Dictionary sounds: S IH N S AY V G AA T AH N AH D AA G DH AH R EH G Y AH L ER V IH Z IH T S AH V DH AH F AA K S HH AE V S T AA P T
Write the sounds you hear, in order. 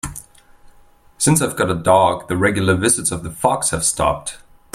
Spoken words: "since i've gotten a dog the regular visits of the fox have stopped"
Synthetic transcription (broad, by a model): S IH N S AY V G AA T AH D AH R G DH AH R EH G Y L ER V IH Z IH T S AH V DH AH F AA K S HH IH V S T AA P T